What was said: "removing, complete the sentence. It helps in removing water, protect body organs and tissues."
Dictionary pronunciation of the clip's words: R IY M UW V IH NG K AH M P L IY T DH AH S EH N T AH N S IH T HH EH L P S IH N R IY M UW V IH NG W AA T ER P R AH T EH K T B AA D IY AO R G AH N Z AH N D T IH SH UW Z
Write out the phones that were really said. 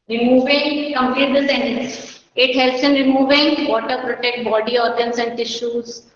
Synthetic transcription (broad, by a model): R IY M UW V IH NG K AH M P L IY T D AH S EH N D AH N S IH T HH EH L P S IH N R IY M UW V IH NG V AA T ER P R AH T EH K T B AA D IY AO R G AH N S AH N D T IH SH UW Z